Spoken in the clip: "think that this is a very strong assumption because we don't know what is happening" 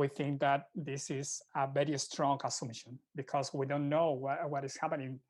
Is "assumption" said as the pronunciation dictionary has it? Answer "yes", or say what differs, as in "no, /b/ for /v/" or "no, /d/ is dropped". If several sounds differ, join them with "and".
no, /p/ is dropped